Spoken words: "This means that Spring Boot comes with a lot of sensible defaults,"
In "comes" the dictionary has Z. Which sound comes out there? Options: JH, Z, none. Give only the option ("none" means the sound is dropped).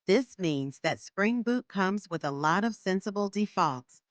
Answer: Z